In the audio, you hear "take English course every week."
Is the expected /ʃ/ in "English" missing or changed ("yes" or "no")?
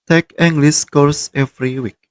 yes